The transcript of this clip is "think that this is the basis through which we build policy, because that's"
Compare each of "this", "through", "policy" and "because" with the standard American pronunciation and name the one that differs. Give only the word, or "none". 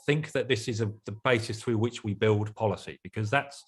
none